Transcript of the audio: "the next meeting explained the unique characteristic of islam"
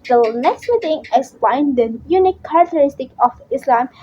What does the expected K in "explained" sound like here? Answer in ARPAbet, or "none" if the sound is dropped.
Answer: none